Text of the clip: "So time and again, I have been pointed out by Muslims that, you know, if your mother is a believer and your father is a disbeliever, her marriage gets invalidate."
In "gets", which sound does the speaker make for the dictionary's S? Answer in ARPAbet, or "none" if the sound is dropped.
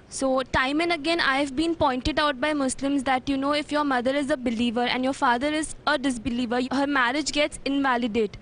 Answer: S